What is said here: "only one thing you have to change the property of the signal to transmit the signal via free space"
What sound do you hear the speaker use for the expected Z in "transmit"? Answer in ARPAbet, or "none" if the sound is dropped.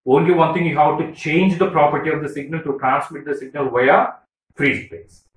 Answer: S